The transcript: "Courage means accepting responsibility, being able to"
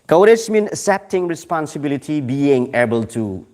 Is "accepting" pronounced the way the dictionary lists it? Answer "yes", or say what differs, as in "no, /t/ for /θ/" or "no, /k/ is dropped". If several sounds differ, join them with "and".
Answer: no, /k/ is dropped